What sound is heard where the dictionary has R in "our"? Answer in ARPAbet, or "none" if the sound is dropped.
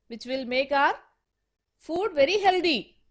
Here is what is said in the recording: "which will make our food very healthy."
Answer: R